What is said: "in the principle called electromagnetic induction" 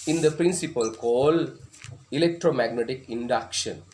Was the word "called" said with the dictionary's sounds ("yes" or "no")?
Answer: no